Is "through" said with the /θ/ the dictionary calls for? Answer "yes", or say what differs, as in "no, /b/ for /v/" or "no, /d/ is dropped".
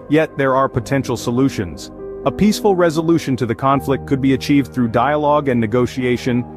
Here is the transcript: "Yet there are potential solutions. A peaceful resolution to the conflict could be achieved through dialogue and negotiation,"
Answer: yes